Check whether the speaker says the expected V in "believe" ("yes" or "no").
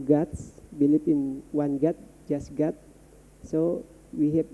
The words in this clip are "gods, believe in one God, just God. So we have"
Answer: no